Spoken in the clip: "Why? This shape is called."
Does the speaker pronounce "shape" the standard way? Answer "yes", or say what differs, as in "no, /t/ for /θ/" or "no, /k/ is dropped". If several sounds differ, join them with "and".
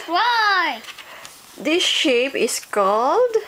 yes